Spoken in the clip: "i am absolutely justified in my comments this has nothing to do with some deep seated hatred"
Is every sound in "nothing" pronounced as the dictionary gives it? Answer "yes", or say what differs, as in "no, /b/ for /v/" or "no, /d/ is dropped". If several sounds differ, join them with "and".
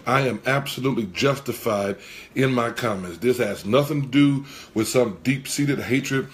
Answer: yes